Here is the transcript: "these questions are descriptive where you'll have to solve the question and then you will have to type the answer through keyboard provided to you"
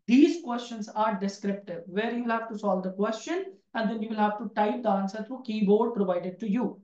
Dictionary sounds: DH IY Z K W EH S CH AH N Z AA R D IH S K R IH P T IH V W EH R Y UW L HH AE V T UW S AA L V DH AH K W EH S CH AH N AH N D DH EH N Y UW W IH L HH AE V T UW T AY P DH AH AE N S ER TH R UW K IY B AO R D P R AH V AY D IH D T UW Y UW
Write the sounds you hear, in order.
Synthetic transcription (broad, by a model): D IY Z K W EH S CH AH N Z AA R D IH S K R IH P T IH V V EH R Y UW L HH AE V T UW S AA L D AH K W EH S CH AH N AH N D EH N Y UW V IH L HH AE V T UW T AY P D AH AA N S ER T R UW K IY B AO R D P R AH V AY D IH D T UW Y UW